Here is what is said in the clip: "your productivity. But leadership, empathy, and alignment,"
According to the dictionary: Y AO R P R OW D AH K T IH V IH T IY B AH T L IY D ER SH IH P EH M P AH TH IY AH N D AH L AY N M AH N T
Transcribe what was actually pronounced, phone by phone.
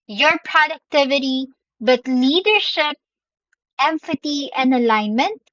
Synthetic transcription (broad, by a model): Y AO R P R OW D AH K T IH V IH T IY B AH T L IY D ER SH IH P EH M F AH T IY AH N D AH L AY N M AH N T